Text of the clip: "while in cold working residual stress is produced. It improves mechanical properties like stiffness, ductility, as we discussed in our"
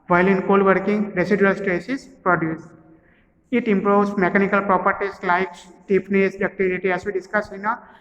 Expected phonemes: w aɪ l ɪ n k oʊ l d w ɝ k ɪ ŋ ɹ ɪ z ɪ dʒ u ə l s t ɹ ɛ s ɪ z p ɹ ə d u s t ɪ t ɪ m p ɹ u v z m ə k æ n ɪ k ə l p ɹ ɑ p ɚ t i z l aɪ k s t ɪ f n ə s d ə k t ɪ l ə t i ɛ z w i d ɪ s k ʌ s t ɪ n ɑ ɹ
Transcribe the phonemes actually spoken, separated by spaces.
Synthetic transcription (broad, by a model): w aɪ l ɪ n k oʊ l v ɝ k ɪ ŋ ɹ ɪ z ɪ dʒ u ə l s t ɹ ɛ s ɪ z p ɹ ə d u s ɪ t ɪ m p ɹ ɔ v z m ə k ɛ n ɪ k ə l p ɹ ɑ p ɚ t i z l aɪ k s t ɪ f n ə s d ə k t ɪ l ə t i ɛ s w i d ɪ s k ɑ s ɪ n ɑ